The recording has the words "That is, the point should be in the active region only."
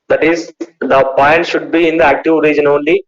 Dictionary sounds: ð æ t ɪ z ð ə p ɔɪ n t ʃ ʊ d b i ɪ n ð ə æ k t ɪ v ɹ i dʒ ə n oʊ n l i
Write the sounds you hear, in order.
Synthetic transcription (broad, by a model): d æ t ɪ z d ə p ɔɪ n t ʃ ʊ d b i ɪ n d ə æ k t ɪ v ɹ i dʒ ə n oʊ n l i